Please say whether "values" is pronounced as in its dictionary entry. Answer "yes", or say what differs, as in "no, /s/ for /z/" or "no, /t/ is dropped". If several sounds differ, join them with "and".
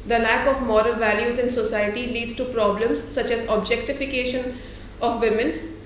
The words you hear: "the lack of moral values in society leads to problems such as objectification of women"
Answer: yes